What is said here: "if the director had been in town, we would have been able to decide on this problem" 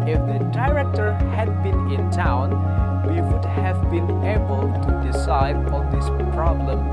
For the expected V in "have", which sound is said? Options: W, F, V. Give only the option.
V